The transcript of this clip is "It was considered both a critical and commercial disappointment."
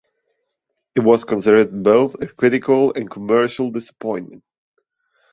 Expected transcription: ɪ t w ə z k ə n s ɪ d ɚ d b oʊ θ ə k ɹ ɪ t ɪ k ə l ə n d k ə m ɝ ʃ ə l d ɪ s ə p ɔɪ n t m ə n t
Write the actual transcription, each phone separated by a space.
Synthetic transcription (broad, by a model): ɪ t w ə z k ə n s ɪ d ɚ d b oʊ θ ə k ɹ ɪ t ɪ k ə l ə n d k ə m ɝ ʃ ə l d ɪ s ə p ɔɪ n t m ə n t